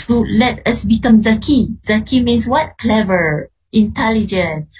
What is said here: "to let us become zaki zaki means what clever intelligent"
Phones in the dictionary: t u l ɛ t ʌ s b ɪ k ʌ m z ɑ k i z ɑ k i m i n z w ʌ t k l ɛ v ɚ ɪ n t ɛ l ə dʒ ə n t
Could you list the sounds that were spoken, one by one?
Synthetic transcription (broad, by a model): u l ɛ t ʌ s b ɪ k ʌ m z ɑ k i z ɑ k i m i n s w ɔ t k l ɛ v ɚ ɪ n t ɛ l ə dʒ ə n